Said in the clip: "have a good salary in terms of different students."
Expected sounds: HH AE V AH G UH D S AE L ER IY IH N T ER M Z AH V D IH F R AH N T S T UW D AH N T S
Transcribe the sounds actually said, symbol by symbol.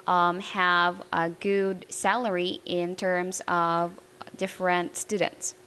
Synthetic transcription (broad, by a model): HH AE V AH G UH D S AE L ER IY IH N T ER M Z AH V D IH F R AH N T S T UW D N T S